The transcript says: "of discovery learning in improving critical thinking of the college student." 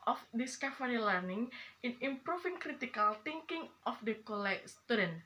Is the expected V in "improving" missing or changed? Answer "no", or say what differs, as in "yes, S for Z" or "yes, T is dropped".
yes, F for V